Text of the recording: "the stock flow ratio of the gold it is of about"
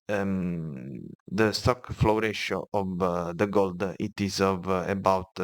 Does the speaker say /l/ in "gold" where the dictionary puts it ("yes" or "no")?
yes